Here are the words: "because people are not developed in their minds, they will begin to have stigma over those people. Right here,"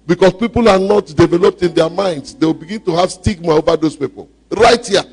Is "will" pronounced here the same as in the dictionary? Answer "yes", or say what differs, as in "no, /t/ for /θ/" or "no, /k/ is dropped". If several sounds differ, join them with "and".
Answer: yes